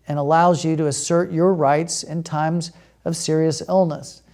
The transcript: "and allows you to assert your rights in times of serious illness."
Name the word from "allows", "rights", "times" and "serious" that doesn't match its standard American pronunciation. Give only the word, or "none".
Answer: none